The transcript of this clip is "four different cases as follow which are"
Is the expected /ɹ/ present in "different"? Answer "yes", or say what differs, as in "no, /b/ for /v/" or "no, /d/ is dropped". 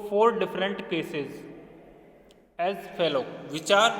yes